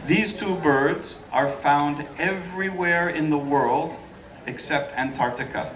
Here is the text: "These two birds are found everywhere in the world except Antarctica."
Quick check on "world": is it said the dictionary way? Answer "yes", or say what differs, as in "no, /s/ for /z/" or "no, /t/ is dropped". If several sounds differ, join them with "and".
yes